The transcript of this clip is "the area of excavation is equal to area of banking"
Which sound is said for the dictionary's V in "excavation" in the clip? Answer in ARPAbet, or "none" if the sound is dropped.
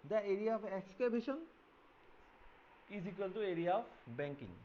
B